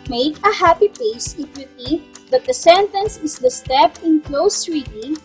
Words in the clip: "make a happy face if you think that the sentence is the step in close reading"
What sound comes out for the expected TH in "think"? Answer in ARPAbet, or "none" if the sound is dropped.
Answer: T